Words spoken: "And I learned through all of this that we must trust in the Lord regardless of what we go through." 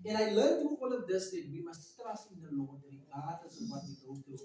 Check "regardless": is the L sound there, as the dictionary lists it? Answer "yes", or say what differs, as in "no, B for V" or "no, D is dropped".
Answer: no, L is dropped